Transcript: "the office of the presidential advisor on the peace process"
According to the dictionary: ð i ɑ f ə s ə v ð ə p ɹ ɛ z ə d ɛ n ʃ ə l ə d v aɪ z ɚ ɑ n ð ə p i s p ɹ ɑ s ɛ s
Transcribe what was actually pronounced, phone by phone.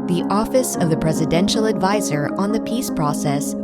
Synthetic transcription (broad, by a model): ð i ɑ f ə s ə v ð ə p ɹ ɛ z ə d ɛ n ʃ l ə d v aɪ z ɚ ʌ n ð ə p i s p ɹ ɑ s ɛ s